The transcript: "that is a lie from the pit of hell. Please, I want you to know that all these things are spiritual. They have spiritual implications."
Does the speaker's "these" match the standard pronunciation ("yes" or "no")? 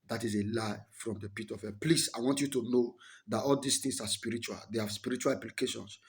no